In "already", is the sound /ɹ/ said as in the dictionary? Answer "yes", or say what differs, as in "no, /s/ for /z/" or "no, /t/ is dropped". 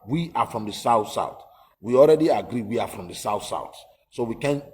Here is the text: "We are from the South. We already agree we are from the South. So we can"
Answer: yes